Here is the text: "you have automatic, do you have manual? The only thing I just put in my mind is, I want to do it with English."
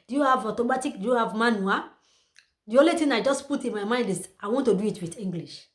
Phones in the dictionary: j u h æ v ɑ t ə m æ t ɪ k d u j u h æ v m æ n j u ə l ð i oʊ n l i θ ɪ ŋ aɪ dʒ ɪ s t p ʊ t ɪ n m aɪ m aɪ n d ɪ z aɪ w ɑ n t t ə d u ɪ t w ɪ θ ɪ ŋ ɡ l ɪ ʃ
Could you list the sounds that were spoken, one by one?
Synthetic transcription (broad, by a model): j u h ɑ v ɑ t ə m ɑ t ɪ k d u j u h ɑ v m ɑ n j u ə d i oʊ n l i t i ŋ aɪ dʒ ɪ s p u t ɪ n m aɪ m aɪ n d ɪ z aɪ w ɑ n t t ə d u ɪ t w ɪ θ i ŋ ɡ l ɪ ʃ